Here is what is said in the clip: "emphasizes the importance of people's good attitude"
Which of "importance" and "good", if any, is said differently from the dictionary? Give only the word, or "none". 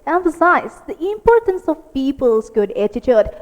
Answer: none